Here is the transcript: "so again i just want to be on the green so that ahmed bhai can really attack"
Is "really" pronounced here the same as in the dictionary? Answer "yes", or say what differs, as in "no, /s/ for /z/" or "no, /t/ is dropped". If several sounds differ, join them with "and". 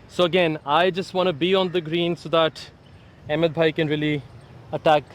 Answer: yes